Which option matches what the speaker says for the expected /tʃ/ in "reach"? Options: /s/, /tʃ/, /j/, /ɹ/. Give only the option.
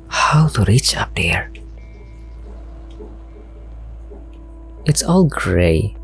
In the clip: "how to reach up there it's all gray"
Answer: /tʃ/